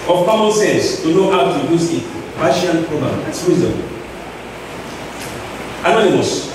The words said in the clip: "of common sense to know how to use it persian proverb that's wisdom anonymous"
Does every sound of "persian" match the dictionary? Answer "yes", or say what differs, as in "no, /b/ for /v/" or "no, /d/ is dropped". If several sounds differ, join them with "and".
no, /ʃ/ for /ʒ/